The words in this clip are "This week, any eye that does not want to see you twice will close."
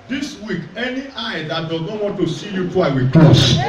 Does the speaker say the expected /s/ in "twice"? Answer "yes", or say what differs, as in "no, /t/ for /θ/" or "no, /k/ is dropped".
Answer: no, /s/ is dropped